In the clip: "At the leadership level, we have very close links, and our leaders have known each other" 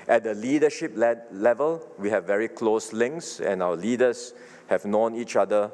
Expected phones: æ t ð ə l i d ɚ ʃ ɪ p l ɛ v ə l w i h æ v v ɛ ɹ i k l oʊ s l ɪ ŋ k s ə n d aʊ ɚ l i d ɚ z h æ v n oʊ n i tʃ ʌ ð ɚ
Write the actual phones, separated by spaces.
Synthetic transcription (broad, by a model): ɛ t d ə l i d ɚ ʃ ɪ p l ɛ v ə l w i h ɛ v v ɛ ɹ i k l oʊ s l ɪ ŋ k s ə n aʊ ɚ l i d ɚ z h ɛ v n oʊ n i tʃ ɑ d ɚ